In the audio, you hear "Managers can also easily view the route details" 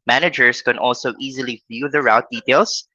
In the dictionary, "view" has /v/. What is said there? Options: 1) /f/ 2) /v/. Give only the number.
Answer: 1